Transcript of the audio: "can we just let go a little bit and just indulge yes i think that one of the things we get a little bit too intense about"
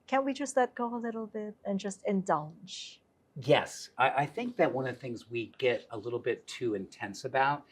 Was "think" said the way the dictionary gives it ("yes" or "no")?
yes